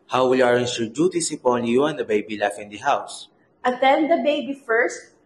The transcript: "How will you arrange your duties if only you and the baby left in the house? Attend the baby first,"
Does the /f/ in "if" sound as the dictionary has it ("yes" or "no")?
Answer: no